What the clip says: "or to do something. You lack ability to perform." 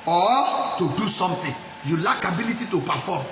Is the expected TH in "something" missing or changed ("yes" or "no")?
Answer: yes